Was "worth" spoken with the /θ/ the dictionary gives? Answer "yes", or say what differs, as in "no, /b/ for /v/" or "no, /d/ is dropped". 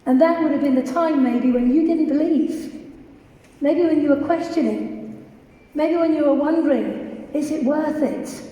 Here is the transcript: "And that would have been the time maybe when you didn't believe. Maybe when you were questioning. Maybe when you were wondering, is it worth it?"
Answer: yes